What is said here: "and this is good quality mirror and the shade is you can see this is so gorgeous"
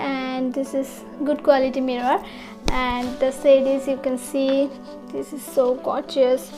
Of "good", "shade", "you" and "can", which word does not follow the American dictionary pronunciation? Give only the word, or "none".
shade